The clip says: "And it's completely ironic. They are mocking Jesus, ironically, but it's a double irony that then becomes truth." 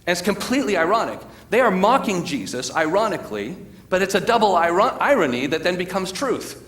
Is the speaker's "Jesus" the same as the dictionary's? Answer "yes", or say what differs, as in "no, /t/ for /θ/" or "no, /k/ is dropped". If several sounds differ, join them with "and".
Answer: yes